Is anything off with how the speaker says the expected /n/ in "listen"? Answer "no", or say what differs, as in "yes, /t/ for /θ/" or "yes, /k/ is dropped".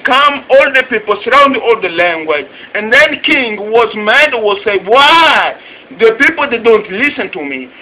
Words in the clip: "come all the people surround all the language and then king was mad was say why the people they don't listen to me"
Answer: no